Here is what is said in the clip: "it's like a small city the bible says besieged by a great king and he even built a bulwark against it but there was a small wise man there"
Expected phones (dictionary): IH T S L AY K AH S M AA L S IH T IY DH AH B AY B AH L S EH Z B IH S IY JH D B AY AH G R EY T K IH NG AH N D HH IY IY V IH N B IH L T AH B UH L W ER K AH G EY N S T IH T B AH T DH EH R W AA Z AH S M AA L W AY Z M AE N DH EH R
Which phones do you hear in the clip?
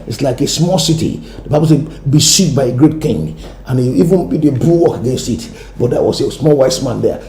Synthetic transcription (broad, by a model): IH T S L AY K AH S M AA L S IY T IY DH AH B AY B AH L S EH B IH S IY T B AY AH G R EY T K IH NG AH N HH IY IY V IH N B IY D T AH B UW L W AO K AH G EY N S T IH T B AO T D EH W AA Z AH S M AA L W AY S M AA N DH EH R